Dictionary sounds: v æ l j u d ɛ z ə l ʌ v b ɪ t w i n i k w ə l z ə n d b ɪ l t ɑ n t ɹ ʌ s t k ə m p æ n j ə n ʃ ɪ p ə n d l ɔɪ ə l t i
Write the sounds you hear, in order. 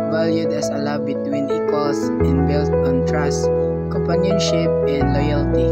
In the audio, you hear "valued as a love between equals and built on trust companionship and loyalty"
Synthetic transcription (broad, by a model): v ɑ l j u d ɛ s ə l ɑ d b ɪ t w i n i k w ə l s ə n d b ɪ l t ɑ n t ɹ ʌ s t k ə m p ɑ n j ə n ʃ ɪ p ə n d l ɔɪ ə l t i